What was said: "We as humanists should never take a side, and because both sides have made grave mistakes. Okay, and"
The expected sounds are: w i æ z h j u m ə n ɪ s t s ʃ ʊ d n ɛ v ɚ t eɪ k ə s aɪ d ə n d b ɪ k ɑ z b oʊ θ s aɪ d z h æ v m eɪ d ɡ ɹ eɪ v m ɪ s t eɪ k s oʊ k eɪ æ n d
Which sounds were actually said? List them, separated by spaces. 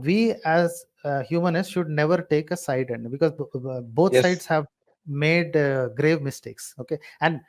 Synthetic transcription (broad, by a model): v i æ z h j u m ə n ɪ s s ʃ ʊ d n ɛ v ɚ t eɪ k ə s aɪ d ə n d b ɪ k ɑ z b oʊ t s aɪ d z h æ v m eɪ d ɡ ɹ eɪ v m ɪ s t eɪ k s oʊ k eɪ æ n d